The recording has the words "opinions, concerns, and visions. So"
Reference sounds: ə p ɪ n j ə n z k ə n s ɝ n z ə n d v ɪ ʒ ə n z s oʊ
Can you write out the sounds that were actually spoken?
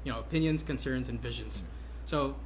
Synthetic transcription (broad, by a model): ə p ɪ n j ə n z k ə n s ɝ n z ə n v ɪ ʒ ə n z s oʊ